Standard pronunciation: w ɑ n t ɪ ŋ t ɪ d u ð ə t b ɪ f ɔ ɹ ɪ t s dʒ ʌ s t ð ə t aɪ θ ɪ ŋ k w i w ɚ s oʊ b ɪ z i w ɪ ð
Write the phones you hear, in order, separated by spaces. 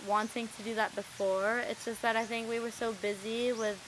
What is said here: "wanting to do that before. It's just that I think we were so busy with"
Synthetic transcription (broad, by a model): w ɑ n t ɪ ŋ t ɪ d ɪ ð ə t b ɪ f ɔ ɹ ɪ t s dʒ ʌ s t ð ə t aɪ θ ɪ ŋ k w i w ɚ s oʊ b ɪ z i w ɪ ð